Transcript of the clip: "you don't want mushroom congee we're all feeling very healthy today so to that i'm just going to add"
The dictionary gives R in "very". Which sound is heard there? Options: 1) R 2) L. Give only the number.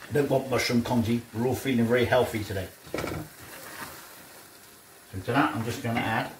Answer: 2